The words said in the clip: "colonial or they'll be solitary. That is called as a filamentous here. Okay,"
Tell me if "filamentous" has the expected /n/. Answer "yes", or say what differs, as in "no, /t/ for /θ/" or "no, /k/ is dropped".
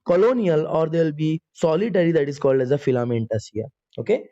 yes